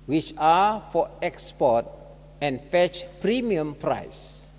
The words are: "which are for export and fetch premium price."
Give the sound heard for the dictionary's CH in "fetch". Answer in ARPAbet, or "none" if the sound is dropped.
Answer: CH